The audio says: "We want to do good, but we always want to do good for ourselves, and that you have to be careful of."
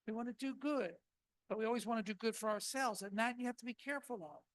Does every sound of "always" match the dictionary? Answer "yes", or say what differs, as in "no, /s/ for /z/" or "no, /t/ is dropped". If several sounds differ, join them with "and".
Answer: yes